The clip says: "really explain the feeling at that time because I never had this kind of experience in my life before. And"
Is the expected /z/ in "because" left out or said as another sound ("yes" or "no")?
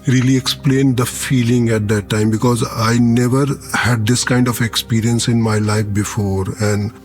no